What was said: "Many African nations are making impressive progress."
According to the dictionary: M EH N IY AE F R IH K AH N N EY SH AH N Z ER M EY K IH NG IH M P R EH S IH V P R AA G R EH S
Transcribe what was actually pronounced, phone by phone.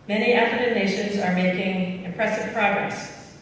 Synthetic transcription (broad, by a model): M EH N IY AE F IH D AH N N EY SH AH N Z ER M EY K IH NG IH M P R EH S IH V P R AA G R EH S